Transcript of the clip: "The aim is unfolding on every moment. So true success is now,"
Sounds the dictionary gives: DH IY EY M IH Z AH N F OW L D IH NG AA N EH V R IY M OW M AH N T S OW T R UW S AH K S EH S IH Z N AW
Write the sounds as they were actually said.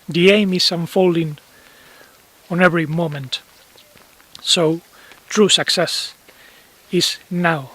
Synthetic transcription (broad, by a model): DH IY EY M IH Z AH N F OW L D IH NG AA N EH V R IY M OW M AH N T S OW T R UW S AH K S EH S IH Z N AW